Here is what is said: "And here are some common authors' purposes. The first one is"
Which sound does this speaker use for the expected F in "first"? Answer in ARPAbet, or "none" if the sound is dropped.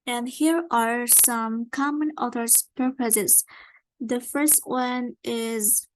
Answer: F